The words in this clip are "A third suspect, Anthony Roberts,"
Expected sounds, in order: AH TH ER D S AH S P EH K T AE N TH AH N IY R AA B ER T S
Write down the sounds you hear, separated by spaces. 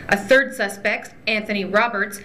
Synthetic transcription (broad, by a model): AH TH ER D S AH S P EH K T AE N TH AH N IY R AA B ER T S